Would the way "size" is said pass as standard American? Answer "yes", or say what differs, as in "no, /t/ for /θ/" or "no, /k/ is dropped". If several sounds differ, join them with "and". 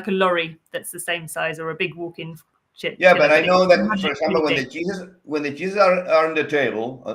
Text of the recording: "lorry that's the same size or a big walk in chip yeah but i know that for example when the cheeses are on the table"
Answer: yes